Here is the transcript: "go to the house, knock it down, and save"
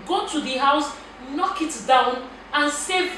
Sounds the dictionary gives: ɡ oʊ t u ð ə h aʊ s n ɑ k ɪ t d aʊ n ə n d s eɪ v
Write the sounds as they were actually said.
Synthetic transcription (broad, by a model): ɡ oʊ t u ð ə h aʊ s n ɑ k ɪ t d aʊ n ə n s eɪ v